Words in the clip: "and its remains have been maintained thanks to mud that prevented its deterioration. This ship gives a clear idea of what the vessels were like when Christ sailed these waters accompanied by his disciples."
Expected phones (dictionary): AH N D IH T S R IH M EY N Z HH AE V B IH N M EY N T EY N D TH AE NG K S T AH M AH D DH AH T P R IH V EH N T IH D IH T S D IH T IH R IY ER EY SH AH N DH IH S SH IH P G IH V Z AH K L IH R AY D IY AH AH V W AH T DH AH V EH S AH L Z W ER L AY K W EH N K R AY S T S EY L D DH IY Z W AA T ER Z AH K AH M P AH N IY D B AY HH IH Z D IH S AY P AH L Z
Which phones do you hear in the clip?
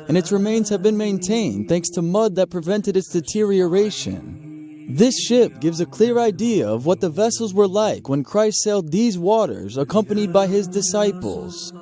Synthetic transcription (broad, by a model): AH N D IH T S R IH M EY N Z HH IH V B IH N M EY N T EY N D TH AE NG K S T AH M AH D DH AH T P R IH V EH N T IH D IH T S D IH T IH R IY ER EY SH AH N DH IH S SH IH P G IH V Z AH K L IH R AY D IY AH AH V W AH T DH AH V EH S L Z W ER L AY K W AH N K R AY S T S EY L D DH IY Z W AA T ER Z AH K AH M P AH N IY D B AY IH Z D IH S AY P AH L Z